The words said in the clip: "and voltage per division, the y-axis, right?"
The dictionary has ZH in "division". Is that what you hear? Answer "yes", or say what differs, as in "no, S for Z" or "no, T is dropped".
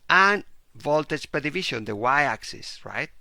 no, SH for ZH